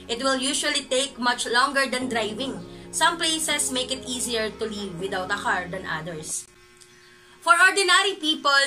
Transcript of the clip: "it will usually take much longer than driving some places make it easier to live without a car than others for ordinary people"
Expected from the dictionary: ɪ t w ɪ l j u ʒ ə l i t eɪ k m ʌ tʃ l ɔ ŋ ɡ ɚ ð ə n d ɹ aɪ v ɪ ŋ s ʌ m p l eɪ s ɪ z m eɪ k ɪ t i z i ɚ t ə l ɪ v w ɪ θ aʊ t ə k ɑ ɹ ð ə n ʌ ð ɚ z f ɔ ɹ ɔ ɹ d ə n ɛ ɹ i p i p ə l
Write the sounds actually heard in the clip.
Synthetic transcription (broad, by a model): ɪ t w ɪ l j u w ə l i t eɪ k m ʌ tʃ l ɔ ŋ ɡ ɚ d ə n d ɹ aɪ v ɪ ŋ s ʌ m p l eɪ s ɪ s m eɪ k ɪ t i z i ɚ t ə l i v w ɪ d aʊ t ə k ɑ ɹ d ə n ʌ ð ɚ s f ɔ ɹ ɔ ɹ d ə n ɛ ɹ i p i p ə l